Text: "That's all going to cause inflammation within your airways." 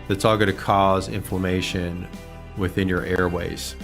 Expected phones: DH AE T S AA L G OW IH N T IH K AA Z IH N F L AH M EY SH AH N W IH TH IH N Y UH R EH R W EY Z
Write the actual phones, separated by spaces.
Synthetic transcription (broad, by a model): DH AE T S AA L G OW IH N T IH K AA Z IH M F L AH M EY SH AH N W IH TH IH N Y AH R EH R W EY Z